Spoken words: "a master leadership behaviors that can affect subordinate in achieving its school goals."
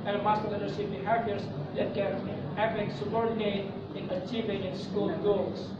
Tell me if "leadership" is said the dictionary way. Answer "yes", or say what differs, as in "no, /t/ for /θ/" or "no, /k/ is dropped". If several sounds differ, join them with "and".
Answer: no, /s/ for /ʃ/